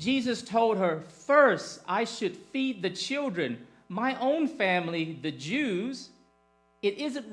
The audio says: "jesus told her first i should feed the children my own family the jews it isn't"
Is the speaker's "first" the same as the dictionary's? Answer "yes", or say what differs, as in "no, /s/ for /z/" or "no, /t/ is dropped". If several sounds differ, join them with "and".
yes